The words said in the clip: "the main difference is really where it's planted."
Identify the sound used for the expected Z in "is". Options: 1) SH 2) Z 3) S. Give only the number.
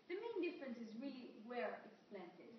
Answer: 2